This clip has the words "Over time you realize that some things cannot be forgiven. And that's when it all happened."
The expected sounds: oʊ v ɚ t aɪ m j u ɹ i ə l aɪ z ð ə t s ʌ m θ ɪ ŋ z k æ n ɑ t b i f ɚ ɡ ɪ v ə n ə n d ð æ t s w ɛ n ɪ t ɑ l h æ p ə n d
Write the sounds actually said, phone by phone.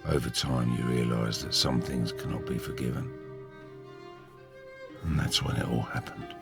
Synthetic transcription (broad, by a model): oʊ v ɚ t aɪ m j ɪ ɹ i ə l aɪ z ð ə t s ʌ m θ ɪ ŋ z k æ n ɑ t b i f ɚ ɡ ɪ v ə n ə n ð æ t s w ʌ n ɪ t ɑ l h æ p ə n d